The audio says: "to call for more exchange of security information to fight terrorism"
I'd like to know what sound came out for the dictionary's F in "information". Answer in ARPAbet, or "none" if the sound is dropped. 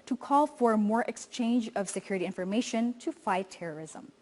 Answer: F